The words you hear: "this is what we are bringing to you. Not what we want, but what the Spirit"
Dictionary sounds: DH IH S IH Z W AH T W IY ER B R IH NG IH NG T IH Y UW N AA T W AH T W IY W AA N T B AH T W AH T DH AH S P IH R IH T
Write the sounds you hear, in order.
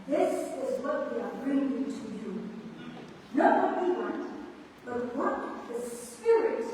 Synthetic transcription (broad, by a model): DH IH S IH Z W AH T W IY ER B R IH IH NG T IH Y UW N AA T W AH T W IY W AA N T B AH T W AH T DH AH S P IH R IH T